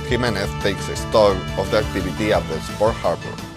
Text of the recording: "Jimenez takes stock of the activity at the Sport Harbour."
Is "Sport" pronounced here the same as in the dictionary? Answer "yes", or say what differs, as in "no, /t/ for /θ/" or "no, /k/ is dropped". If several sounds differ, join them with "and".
no, /f/ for /p/